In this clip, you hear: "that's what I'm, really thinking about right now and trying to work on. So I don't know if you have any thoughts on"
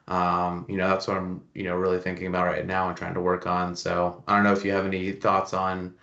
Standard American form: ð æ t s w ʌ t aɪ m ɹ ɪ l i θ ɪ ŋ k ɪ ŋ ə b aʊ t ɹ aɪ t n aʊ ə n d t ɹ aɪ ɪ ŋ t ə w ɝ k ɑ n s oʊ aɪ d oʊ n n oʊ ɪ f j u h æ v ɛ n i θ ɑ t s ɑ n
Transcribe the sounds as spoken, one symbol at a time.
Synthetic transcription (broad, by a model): ð æ t s w ʌ t aɪ m ɹ ɪ l i θ ɪ ŋ k ɪ ŋ ə b aʊ t ɹ aɪ t n aʊ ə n t ɹ aɪ ɪ ŋ t ə w ɝ k n s oʊ aɪ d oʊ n n oʊ ɪ f j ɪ v ɛ n i θ ɑ t s n